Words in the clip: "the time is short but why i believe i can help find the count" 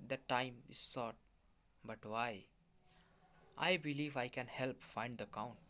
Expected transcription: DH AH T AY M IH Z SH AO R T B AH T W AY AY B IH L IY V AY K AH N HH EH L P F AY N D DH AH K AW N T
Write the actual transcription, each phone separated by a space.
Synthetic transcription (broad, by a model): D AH T AY M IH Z S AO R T B AH T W AY AY B IH L IY V AY K AH N HH EH L P F AY N D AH K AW N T